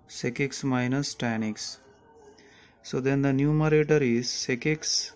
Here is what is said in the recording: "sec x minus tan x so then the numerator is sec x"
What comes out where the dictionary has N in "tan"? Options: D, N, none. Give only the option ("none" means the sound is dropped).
N